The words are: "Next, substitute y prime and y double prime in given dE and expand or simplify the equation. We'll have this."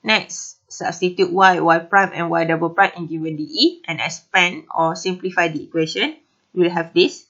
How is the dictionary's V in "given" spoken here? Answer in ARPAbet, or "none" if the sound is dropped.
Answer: W